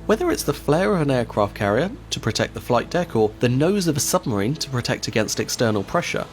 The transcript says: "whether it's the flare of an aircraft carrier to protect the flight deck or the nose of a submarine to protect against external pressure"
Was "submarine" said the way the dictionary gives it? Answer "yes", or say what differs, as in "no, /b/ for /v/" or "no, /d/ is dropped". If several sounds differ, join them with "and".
yes